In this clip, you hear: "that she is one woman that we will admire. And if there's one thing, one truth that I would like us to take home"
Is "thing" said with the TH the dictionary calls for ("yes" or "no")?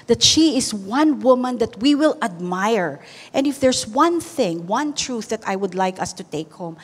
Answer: yes